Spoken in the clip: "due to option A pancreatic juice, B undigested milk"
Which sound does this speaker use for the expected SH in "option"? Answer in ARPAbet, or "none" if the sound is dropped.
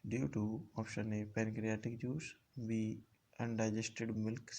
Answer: SH